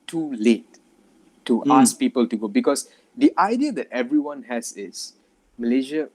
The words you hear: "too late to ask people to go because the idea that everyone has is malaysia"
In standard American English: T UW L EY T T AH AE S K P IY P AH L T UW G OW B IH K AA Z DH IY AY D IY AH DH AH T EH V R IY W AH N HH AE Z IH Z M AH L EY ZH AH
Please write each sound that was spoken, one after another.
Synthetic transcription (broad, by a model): T UW L EY T T AH S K P IY P AH L T UW G OW B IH K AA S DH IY AY D IY AH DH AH T EH V R IY W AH N HH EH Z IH S M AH L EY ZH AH